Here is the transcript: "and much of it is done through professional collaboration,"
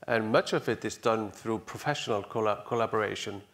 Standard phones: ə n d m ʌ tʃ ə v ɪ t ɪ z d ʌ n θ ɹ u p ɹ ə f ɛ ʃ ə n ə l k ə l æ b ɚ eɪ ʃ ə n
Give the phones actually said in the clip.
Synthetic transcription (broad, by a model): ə n m ʌ tʃ ə v ɪ t ɪ z d ʌ n θ ɹ u p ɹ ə f ɛ ʃ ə n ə l k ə l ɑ b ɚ eɪ ʃ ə n